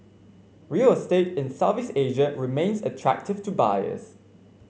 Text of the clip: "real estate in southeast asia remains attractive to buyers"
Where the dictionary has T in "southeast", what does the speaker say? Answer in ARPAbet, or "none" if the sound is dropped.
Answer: none